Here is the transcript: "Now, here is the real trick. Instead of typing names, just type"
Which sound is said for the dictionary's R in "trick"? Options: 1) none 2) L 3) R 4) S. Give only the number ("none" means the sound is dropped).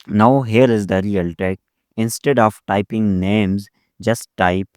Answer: 1